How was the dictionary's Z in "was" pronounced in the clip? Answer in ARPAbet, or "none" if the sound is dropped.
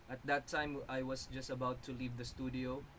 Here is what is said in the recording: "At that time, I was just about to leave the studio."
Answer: S